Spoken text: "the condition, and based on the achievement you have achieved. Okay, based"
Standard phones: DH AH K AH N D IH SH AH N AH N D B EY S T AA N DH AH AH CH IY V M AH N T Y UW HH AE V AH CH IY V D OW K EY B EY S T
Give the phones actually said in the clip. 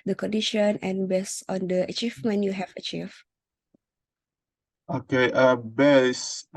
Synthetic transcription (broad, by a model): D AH K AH N D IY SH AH N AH N B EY S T AA N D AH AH CH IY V M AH N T Y UW HH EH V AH CH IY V OW K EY B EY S